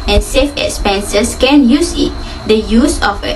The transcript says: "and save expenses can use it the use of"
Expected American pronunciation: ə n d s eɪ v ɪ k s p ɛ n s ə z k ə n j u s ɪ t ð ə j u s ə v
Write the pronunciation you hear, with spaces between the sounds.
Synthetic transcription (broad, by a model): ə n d s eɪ f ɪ k s p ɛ n s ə s k ə n j u s ɪ t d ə j u s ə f